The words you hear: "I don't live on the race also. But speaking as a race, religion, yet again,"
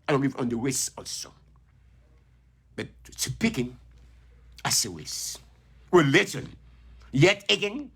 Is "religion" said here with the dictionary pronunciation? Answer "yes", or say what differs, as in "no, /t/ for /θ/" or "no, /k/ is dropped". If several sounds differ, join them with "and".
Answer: no, /w/ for /ɹ/